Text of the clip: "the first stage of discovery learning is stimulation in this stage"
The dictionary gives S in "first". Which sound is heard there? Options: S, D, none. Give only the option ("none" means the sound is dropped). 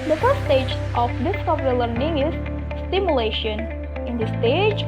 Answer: none